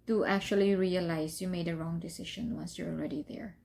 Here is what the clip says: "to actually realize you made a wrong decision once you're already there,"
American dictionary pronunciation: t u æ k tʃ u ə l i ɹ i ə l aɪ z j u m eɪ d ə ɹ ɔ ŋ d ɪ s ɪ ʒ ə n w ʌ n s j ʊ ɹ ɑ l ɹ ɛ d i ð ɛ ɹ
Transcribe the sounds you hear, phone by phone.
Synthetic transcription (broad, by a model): t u æ k tʃ u ə l i ɹ i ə l aɪ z j u m eɪ d ə ɹ ɔ ŋ d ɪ s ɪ ʃ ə n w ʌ n s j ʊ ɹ ɑ l ɹ ɛ d i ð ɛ ɹ